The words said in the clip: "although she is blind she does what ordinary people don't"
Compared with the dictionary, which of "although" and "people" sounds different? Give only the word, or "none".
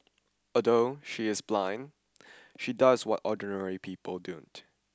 although